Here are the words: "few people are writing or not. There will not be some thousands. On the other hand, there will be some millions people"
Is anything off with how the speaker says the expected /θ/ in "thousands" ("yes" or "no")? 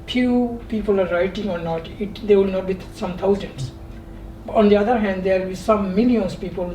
yes